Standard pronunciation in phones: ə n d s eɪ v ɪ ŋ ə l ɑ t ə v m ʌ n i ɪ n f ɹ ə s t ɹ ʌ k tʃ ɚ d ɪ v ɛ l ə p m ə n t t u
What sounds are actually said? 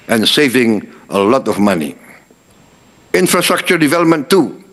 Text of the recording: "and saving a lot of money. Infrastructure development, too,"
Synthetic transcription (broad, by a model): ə n s eɪ v ɪ ŋ ə l ɑ t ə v m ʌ n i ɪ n f ɹ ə s t ɹ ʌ k tʃ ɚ d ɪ v ɛ l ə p m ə n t t u